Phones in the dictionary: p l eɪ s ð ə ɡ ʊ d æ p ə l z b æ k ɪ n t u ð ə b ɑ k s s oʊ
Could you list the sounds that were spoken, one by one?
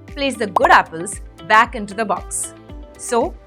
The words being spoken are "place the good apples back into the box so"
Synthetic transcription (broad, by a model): p l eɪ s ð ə ɡ ʊ d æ p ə l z b æ k ɪ n t u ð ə b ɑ k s s oʊ